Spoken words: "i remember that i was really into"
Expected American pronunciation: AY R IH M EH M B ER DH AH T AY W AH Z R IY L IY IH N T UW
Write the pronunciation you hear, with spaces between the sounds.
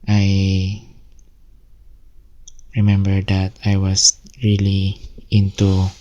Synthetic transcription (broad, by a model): AY R IH M EH M B ER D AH T AY W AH S R IY L IY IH N T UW